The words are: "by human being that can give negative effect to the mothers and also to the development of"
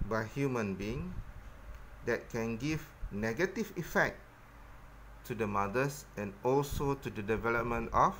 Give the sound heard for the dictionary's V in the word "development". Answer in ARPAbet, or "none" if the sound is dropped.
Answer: V